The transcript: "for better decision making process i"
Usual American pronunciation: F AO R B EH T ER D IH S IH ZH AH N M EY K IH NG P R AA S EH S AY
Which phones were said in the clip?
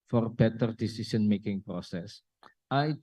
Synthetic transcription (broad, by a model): F AO R B EH T ER D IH S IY S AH N M EY K IH NG P R AA S EH S AY